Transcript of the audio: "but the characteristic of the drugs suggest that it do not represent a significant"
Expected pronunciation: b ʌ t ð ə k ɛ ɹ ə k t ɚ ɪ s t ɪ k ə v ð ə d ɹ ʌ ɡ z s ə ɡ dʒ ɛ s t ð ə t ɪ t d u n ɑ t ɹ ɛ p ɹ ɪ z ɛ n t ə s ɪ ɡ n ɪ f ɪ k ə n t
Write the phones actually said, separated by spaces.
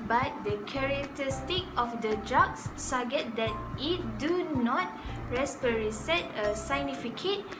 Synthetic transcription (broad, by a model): b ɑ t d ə k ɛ ɹ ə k t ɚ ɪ s t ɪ k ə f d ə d ɹ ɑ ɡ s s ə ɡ ɛ t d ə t ɪ t d u n ɑ t ɹ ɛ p ɹ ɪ s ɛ t ə s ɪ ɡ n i f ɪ k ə t